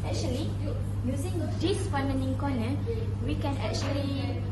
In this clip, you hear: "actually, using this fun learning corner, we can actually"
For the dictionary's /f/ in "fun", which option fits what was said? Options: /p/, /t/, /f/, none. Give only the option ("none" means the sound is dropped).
/p/